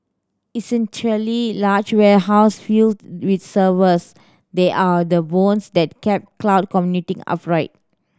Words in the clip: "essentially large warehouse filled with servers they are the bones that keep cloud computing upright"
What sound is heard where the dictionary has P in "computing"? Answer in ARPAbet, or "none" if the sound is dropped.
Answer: none